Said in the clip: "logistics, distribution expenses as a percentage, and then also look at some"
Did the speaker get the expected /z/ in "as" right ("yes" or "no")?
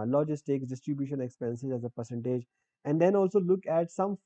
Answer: yes